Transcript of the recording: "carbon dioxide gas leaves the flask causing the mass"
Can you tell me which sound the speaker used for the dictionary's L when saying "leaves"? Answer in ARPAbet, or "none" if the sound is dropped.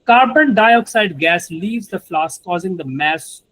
L